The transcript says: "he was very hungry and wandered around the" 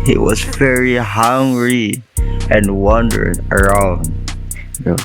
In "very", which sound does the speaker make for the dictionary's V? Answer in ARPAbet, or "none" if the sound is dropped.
V